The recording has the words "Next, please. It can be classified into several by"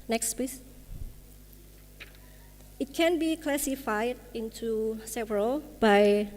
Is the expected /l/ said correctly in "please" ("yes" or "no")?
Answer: no